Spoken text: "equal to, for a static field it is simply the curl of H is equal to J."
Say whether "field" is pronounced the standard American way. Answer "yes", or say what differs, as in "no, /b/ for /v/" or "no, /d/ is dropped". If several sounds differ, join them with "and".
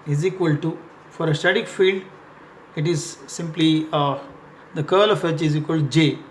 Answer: yes